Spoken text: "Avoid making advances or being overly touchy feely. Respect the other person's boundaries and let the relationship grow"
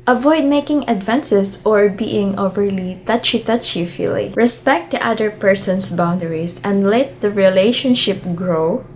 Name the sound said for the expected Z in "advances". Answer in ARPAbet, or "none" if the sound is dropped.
S